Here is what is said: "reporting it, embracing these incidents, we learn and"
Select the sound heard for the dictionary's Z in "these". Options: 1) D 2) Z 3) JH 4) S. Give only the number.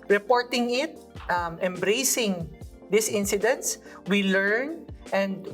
4